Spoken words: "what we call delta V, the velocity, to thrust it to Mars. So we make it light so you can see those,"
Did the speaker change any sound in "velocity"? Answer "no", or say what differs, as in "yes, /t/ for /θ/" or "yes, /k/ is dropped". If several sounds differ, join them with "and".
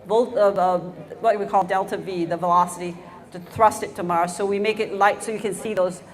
no